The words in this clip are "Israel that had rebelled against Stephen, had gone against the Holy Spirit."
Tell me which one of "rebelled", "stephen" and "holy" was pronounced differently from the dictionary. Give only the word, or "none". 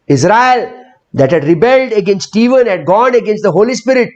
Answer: none